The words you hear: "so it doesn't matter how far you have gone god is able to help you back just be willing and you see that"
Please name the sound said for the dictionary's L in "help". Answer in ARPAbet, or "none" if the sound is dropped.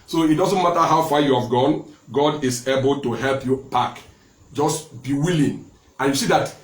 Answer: L